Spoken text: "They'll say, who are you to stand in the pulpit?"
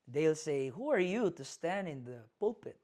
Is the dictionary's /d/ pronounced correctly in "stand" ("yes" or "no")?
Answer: yes